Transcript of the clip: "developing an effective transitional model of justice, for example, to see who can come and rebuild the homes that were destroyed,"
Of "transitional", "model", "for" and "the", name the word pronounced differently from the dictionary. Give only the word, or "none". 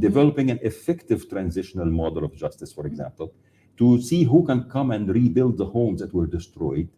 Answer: none